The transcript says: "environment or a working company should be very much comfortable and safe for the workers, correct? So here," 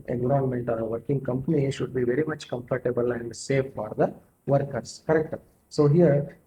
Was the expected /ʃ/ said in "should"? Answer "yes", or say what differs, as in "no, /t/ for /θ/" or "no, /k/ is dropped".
yes